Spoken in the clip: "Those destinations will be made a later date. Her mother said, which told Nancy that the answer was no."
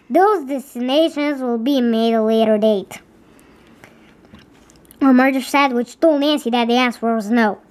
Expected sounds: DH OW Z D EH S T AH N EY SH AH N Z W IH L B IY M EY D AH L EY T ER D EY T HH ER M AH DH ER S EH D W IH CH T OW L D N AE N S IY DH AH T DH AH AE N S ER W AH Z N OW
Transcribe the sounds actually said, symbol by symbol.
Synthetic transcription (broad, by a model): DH OW Z D EH S T AH N EY SH AH N Z W IH L B IY M EY D AH L EY T ER D EY T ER M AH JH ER S EH D W IH CH T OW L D N AE N S IY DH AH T DH AH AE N S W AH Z N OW